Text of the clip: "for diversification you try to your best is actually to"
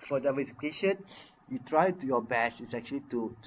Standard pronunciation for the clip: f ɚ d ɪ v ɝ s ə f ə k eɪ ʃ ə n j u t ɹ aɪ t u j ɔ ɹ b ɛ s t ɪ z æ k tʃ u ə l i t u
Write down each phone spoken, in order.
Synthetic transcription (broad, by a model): f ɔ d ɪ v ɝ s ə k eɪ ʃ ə n j u t ɹ aɪ t u j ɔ b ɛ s ɪ s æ k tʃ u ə l i t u